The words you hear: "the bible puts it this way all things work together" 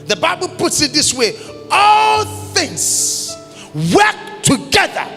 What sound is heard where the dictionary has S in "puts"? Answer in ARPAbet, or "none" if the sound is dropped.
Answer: S